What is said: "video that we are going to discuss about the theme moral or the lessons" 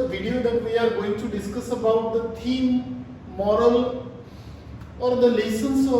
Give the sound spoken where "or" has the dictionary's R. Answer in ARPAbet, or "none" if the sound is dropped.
R